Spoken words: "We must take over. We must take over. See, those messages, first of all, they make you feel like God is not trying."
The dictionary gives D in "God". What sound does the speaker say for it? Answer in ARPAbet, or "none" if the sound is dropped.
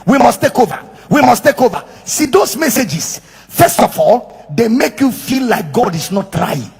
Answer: D